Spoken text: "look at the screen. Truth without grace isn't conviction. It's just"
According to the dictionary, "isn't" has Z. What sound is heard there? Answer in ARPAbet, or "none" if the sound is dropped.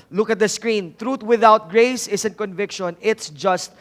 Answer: S